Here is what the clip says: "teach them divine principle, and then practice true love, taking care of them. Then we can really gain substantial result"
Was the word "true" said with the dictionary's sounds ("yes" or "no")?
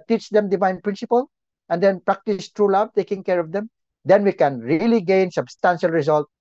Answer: yes